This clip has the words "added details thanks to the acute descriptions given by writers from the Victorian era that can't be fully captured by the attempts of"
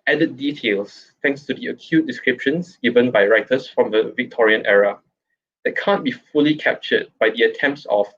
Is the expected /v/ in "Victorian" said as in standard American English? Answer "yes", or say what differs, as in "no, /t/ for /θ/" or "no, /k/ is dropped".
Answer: yes